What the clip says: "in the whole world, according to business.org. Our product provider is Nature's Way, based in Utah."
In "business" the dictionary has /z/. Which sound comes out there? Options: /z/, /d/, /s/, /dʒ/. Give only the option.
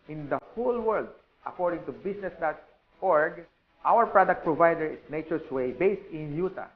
/s/